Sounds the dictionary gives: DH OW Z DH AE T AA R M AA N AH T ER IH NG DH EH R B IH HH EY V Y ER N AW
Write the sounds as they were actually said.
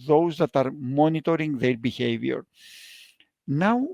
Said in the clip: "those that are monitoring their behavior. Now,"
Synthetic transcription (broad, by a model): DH OW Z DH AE T AA R M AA N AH T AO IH NG DH EH R B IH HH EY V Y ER N AW